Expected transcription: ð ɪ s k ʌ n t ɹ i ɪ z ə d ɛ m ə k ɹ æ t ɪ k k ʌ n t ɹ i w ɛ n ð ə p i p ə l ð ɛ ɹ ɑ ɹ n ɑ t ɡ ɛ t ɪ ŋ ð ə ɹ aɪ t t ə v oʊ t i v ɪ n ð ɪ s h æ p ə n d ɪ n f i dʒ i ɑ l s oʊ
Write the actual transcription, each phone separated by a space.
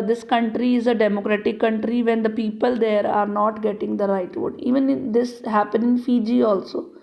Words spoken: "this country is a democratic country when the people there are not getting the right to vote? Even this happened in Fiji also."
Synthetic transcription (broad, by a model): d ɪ s k ʌ n t ɹ i ɪ z ə d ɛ m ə k ɹ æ t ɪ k k ʌ n t ɹ i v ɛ n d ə p i p ə l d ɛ ɹ ɑ ɹ n ɑ t ɡ ɛ t ɪ ŋ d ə ɹ aɪ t t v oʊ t i v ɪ n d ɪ s h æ p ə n ɪ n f i dʒ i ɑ l s oʊ